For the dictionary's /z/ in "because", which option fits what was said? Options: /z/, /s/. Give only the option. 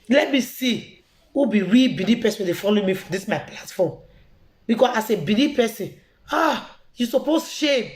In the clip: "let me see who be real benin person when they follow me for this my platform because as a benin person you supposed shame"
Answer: /s/